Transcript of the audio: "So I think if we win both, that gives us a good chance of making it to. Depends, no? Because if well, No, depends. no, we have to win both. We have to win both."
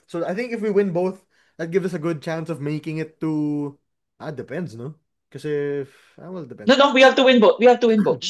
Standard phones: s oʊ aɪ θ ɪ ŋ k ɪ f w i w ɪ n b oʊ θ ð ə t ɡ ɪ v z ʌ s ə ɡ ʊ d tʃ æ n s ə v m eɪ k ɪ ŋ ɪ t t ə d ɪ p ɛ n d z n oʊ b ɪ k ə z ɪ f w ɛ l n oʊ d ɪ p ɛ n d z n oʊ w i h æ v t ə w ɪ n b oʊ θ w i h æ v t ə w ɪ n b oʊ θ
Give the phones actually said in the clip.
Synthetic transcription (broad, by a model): s oʊ aɪ θ ɪ ŋ k ɪ f w i w ɪ n b oʊ θ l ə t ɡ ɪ v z ʌ s ə ɡ ʊ d tʃ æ n s ə v m eɪ k ɪ ŋ ɪ t t ə d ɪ p ɛ n d s n oʊ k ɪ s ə ɪ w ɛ l d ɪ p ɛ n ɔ n oʊ w i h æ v t ə w ɪ n b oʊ t w i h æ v t ə w ɪ n b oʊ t